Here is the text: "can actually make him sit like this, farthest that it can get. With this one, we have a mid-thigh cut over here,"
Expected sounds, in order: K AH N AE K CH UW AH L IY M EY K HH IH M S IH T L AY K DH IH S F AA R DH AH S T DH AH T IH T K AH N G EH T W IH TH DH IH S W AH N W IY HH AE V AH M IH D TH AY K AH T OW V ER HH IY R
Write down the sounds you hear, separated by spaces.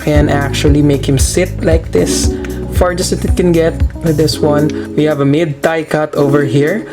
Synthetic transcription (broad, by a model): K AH N AE K CH UW AH L IY M EY K HH IH M S IH T L AY K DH IH S F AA R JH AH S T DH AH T IH T K AH N G EH T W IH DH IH S W AH N W IY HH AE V AH M IH D T AY K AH T OW V ER HH IY R